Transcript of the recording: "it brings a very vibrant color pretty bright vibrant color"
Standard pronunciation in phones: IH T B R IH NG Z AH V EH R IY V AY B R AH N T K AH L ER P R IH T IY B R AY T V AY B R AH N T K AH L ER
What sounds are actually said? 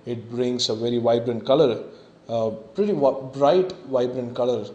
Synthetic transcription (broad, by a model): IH T B R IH NG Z AH V EH R IY V AY B R AH N T K AH L ER P R IH T IY B R AY T V AY B R AH N T K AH L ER